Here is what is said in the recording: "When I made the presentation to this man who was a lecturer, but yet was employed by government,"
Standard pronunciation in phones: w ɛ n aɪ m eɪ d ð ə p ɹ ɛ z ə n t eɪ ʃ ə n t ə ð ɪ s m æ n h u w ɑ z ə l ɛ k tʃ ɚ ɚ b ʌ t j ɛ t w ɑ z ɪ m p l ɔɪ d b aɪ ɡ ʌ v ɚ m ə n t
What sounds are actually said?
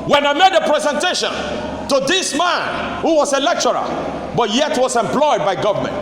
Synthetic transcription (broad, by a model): w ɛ n aɪ m eɪ d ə p ɹ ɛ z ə n t eɪ ʃ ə n t ə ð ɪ s m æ n h u w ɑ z ə l ɛ k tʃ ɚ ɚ b ʌ t j ɛ t w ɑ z ɪ m p l ɔɪ d b aɪ ɡ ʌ v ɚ m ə n t